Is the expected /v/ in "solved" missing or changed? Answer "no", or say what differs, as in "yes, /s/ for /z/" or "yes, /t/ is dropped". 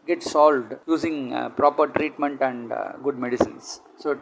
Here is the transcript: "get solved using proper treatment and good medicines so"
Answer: no